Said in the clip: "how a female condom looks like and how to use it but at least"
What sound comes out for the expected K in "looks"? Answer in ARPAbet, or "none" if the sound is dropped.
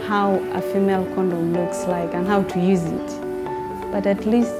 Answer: K